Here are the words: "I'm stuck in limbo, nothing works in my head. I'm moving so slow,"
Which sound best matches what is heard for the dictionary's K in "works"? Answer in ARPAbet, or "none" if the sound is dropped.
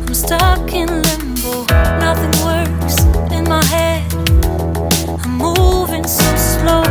none